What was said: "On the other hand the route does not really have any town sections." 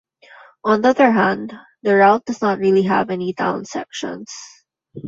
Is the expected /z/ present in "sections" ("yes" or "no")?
no